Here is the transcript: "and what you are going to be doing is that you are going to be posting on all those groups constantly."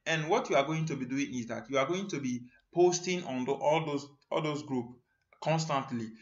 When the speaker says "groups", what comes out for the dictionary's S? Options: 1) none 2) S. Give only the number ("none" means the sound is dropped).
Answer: 1